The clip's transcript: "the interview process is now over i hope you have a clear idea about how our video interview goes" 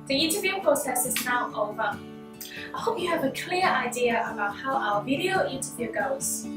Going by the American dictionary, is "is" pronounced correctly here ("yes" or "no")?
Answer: yes